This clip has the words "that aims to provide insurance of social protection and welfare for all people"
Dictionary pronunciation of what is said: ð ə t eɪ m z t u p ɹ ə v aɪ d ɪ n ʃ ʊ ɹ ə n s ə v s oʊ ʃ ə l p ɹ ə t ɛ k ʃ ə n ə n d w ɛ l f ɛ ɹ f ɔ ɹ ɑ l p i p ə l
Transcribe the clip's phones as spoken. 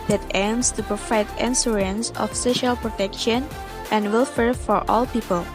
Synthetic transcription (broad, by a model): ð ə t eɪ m s t u p ɹ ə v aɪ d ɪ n s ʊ ɹ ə n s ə f s oʊ ʃ ə l p ɹ ə t ɛ k ʃ ə n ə n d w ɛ l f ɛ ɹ f ɔ ɹ ɑ l p i p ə l